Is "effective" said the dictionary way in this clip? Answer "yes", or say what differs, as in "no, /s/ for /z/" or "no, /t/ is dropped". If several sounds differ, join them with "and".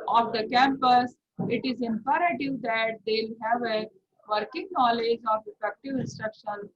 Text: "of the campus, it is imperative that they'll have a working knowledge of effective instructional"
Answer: no, /p/ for /f/